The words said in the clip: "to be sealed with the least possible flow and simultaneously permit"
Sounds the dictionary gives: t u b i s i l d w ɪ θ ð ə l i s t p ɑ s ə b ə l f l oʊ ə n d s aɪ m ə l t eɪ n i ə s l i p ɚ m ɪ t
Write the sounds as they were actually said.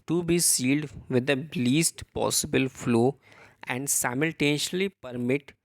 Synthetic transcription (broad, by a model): t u b i s i l d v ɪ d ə l i s t p ɑ s ə b ə l f l oʊ ə n d s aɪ m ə l t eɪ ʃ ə l i p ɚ m ɪ t